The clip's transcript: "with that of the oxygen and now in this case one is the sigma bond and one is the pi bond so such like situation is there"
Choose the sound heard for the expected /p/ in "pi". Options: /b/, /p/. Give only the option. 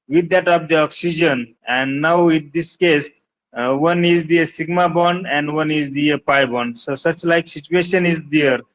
/p/